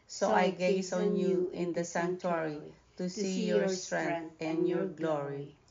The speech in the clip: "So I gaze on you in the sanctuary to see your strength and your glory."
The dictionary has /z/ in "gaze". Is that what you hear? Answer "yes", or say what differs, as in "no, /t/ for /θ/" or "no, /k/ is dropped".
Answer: no, /s/ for /z/